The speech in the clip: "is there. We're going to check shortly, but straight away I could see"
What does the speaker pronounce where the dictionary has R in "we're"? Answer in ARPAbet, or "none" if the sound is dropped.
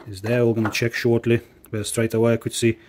L